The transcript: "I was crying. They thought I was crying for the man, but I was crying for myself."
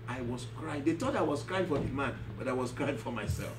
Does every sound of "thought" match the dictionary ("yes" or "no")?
no